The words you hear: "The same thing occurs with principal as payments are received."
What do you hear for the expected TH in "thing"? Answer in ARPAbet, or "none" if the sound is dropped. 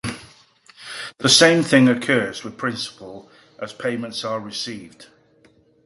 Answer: TH